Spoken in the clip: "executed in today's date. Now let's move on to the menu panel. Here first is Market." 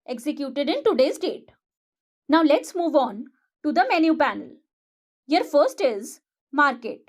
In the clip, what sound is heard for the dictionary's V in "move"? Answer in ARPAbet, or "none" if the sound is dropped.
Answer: V